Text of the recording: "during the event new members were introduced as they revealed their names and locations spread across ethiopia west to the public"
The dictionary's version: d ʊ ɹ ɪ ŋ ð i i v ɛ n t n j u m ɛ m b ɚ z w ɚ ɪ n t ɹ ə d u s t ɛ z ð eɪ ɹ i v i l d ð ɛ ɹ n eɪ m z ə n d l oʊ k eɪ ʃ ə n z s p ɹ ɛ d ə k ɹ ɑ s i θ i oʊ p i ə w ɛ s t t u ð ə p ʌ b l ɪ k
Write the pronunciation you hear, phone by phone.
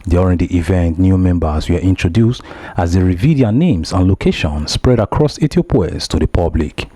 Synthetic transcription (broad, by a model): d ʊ ɹ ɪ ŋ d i i v ɛ n t n j u m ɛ m b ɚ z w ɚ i n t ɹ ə d u s t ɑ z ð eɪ ɹ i v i d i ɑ n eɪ m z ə n l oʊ k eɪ ʃ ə n s p ɹ ɛ d ə k ɹ ɑ s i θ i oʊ p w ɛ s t t u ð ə p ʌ b l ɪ k